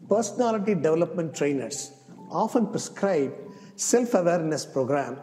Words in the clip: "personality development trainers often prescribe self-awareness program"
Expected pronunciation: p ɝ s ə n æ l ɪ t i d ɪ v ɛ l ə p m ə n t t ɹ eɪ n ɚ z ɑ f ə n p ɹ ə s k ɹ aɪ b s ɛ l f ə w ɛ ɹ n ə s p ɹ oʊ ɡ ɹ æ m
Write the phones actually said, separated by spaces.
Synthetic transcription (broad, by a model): p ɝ s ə n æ l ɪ t i d ɪ v ɛ l ə p m ə n t t ɹ eɪ n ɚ s ɑ f ə n p ɹ ə s k ɹ aɪ b s ɛ l f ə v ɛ ɹ n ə s p ɹ oʊ ɡ ɹ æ m